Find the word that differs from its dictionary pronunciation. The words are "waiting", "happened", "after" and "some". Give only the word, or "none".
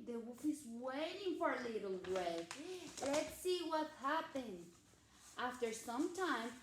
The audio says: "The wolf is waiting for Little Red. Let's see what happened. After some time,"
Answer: happened